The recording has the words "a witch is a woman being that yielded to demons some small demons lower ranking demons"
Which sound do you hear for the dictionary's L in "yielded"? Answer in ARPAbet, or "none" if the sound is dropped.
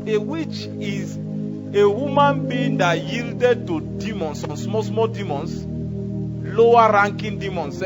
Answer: L